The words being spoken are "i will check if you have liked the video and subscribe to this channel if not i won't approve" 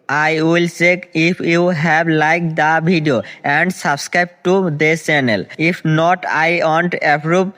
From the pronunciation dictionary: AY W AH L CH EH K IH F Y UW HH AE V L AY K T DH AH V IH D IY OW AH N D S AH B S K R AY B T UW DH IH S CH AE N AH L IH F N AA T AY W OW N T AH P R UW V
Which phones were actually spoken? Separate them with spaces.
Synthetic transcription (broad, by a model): AY W AH L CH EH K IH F Y UW HH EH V L AY K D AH B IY D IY OW AH N D S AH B S K R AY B T UW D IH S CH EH N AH L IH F N AA T AY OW N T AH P R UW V